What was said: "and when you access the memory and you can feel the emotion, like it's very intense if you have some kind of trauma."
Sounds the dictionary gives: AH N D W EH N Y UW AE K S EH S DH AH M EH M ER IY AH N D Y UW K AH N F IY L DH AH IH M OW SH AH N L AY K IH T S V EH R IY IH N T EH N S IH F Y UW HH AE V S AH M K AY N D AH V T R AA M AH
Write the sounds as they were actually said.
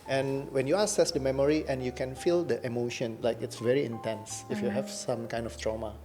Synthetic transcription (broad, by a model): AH N W EH N Y UW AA S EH S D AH M EH M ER IY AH N Y UW K AH N F IY L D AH IH M OW SH AH N L AY K IH T S V EH R IY IH N T EH N S IH F Y UW HH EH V S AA M K AY N D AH F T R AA M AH